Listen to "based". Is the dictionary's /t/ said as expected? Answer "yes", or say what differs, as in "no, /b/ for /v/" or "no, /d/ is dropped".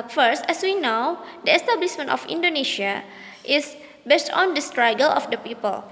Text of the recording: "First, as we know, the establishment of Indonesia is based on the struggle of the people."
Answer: yes